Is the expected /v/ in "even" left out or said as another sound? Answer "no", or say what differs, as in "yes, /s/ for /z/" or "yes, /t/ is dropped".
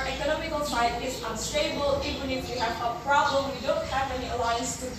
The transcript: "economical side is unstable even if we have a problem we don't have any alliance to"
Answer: yes, /v/ is dropped